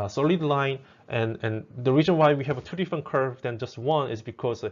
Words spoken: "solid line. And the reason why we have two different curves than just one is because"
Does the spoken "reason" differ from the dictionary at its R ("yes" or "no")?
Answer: no